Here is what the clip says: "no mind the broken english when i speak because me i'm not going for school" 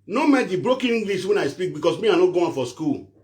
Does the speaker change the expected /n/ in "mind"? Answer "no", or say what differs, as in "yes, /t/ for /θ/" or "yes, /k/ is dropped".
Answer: yes, /n/ is dropped